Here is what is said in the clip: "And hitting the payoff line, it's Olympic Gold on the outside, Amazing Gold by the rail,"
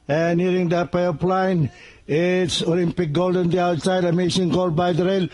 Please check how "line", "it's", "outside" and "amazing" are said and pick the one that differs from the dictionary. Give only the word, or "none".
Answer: amazing